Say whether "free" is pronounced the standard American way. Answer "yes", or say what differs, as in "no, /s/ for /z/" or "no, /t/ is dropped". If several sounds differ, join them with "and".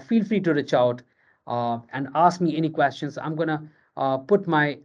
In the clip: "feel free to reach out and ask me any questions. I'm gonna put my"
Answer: yes